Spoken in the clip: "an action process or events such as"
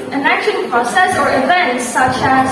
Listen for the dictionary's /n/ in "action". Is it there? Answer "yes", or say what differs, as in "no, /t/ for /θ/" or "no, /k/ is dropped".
no, /l/ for /n/